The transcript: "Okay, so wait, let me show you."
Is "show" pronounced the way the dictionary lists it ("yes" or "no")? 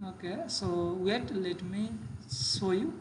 no